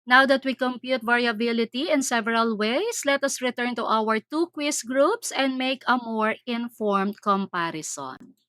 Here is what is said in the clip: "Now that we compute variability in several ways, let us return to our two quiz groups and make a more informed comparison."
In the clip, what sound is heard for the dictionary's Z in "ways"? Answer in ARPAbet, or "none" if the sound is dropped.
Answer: S